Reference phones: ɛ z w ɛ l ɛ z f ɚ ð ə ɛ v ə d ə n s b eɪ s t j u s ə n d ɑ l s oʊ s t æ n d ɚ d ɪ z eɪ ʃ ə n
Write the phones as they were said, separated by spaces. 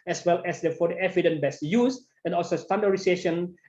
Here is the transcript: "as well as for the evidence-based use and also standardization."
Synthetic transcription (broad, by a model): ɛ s w ɛ l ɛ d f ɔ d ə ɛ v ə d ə n b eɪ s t j u s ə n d ɑ l s oʊ s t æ n d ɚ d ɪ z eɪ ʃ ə n